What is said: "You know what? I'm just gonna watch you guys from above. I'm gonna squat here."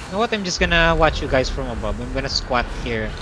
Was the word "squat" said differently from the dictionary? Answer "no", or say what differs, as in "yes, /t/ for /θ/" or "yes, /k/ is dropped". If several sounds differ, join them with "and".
no